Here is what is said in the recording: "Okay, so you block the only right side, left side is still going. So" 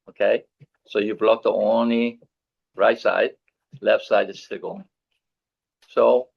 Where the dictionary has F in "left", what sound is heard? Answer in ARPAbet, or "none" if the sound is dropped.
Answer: F